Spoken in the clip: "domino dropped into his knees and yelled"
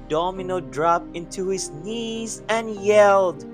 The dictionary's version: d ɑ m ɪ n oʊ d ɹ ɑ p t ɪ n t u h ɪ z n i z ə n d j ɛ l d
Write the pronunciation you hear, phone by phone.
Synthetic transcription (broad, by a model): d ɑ m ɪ n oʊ d ɹ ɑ p ɪ n t u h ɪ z n i z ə n j ɛ l d